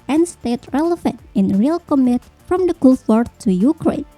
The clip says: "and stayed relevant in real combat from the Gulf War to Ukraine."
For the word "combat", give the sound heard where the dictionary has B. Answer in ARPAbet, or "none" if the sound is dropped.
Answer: none